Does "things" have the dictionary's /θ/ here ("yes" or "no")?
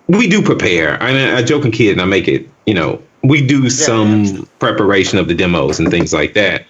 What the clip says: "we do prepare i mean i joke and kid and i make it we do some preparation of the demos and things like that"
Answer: yes